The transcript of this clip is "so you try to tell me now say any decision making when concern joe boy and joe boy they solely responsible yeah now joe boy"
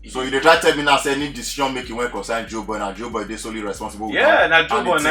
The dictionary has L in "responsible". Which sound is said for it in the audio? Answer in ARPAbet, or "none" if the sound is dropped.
W